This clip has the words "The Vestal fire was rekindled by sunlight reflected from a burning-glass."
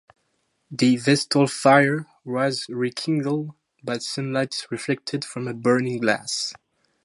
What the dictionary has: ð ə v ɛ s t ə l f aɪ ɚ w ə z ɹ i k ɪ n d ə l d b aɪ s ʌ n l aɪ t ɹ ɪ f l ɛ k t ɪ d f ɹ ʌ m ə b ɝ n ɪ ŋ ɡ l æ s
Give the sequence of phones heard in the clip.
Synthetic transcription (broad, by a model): ð ə v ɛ s t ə l f aɪ ɚ w ə z ɹ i k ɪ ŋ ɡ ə l d b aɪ s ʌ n l aɪ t ɹ ɪ f l ɛ k t ɪ d f ɹ ʌ m ə b ɝ n ɪ ŋ ɡ l æ s